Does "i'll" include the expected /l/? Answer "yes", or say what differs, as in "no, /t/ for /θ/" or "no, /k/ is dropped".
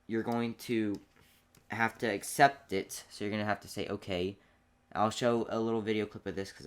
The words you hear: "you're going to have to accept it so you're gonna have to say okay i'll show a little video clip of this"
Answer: yes